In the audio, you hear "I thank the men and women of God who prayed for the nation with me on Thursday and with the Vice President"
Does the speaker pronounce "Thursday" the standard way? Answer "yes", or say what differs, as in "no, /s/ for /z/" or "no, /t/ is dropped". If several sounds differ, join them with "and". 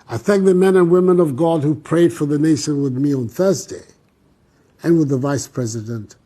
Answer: yes